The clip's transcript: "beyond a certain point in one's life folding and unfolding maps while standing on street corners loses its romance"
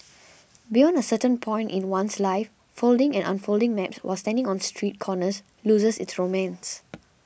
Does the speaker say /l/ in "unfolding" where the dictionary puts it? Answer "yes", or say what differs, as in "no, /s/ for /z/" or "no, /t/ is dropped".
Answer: yes